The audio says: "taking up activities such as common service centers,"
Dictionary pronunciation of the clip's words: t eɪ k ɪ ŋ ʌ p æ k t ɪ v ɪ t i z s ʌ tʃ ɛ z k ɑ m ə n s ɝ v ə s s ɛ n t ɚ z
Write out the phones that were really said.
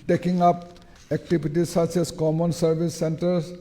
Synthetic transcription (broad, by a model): t eɪ k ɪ ŋ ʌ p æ k t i b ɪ t i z s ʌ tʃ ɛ s k ɑ m ə n s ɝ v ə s s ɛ n t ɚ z